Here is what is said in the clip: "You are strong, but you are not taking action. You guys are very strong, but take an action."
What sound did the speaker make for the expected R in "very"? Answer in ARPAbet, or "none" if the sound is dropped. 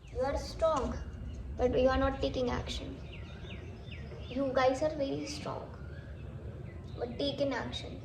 L